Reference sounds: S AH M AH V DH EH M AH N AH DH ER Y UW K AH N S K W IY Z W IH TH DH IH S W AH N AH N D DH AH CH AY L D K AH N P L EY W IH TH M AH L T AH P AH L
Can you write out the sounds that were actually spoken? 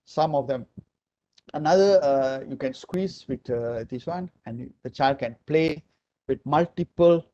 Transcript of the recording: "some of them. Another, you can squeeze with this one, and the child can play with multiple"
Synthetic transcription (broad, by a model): S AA M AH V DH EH M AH N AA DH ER Y UW K AH N S K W IY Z W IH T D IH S W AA N AH N D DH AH CH AY L D K AH N P L EY W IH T M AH L T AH P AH L